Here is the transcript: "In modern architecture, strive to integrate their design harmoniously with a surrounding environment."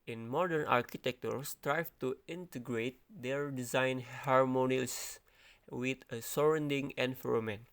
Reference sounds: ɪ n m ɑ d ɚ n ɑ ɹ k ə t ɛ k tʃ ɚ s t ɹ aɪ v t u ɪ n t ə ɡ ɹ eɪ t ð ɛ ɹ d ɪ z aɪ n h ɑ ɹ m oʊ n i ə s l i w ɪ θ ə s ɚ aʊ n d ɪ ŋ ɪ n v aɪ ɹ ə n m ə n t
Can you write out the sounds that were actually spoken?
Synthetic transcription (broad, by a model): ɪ n m ɑ d ɚ n ɑ ɹ k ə t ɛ k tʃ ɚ s t ɹ aɪ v t u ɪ n t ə ɡ ɹ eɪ t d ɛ ɹ d ɪ z aɪ n h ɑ ɹ m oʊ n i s w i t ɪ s ə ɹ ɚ n d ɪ ŋ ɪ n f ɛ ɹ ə m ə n